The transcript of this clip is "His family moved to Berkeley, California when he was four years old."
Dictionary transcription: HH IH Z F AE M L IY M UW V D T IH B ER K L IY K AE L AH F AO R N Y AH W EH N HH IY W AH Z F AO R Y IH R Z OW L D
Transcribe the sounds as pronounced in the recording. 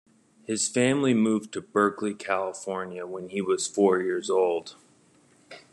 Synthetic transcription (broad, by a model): HH IH Z F AE M L IY M UW V T IH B ER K L IY K AE L AH F AO R N Y AH W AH N IY W AH Z F AO R Y IH R Z OW L D